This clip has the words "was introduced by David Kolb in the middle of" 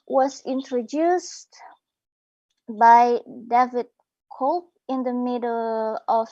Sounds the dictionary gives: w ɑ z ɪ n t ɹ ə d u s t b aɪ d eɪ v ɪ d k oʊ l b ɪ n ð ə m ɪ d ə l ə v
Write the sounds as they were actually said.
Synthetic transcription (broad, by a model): w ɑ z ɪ n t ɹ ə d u s t b aɪ d eɪ v ɪ d k oʊ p ɪ n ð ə m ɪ d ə l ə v